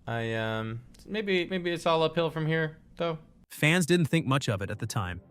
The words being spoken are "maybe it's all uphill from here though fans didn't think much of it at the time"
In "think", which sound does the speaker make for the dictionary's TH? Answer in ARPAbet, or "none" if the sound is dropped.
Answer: TH